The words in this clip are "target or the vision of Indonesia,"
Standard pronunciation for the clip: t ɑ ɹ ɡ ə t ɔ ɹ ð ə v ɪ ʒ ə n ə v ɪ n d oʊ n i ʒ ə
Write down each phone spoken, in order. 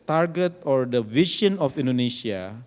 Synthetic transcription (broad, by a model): t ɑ ɹ ɡ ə t ɔ ɹ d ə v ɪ ʃ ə n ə f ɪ n d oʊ n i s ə